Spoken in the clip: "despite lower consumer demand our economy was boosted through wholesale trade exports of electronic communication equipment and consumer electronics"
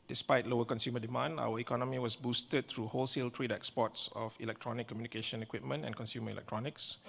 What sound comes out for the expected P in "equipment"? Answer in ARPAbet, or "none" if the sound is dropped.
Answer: P